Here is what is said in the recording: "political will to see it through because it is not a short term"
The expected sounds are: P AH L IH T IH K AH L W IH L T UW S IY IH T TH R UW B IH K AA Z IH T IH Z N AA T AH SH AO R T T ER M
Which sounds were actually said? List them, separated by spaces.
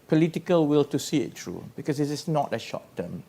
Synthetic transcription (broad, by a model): P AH L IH T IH K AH L W IH L T UW S IY IH T T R UW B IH K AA S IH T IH S N AA T AH SH AO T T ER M